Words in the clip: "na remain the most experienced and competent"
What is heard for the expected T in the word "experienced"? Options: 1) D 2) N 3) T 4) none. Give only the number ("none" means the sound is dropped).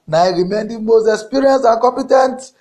4